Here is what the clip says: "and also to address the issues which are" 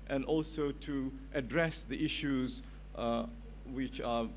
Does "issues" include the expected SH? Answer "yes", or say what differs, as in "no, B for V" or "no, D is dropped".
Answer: yes